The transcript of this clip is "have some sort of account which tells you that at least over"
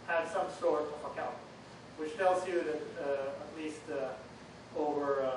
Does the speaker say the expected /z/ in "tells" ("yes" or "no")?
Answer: yes